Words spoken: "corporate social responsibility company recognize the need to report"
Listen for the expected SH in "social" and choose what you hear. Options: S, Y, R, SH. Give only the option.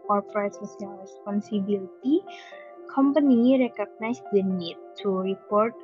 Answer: S